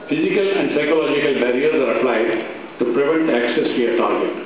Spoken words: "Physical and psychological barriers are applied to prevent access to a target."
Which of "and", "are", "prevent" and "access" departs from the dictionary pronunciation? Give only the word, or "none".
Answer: none